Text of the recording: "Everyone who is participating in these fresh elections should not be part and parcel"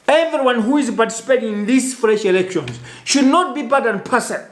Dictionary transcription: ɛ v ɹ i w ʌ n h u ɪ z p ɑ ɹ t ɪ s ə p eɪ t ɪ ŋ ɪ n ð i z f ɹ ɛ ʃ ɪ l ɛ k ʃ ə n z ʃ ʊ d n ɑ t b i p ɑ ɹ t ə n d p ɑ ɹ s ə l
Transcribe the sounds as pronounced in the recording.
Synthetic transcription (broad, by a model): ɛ v ɹ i w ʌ n h u ɪ z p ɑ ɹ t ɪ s p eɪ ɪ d ɪ n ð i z f ɹ ɛ ʃ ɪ l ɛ k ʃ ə n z ʃ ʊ d n ɑ t b i b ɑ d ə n p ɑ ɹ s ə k